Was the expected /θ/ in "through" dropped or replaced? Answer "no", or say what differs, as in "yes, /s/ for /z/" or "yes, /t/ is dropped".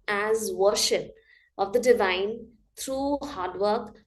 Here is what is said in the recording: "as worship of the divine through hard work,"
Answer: yes, /t/ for /θ/